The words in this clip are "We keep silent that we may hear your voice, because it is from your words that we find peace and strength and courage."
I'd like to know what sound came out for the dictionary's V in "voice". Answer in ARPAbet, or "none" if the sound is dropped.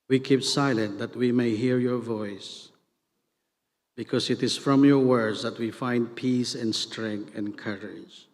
V